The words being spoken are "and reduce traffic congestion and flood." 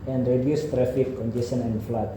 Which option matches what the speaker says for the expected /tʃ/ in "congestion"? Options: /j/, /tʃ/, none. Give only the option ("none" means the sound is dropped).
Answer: none